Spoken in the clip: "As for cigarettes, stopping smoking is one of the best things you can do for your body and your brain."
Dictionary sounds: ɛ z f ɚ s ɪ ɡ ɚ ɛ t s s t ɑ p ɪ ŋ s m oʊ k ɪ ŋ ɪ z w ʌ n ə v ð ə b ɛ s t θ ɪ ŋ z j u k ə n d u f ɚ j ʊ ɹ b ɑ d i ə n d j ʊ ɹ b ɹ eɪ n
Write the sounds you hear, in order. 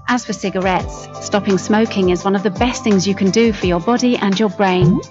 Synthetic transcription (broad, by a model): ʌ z f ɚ s ɪ ɡ ɚ ɛ t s s t ɑ p ɪ ŋ s m oʊ k ɪ ŋ ɪ z w ʌ n ə v ð ə b ɛ s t θ ɪ ŋ z j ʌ k ə n d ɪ f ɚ j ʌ b ɑ d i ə n j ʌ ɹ b ɹ eɪ n